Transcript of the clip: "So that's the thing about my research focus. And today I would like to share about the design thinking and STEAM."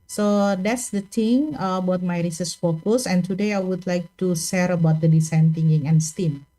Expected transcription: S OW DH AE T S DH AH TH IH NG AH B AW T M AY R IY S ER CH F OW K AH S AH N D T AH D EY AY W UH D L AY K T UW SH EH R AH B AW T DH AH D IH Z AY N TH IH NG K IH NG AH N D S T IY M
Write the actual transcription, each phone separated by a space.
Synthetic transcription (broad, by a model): S OW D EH T S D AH T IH NG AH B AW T M AY R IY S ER S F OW K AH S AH N T AH D EY AY W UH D L AY K T UW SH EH R AH B AW T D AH D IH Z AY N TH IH NG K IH NG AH N S T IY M